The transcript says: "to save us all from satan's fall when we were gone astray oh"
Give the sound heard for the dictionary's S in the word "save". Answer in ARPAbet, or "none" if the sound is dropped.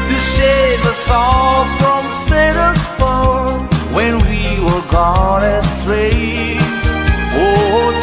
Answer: SH